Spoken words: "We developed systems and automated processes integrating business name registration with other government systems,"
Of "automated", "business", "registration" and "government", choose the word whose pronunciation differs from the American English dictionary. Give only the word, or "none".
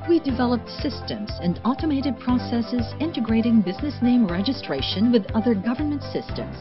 none